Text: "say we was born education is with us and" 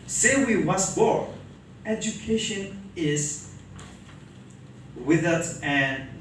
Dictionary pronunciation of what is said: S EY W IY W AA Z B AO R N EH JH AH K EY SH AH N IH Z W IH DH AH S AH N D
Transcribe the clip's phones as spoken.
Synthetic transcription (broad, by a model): S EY W IY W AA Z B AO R EH JH AH K EY SH AH N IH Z W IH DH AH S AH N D